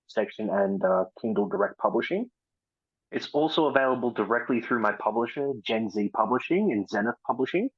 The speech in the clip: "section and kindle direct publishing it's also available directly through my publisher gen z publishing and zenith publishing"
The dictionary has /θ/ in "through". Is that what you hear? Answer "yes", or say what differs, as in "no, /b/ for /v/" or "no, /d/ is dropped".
yes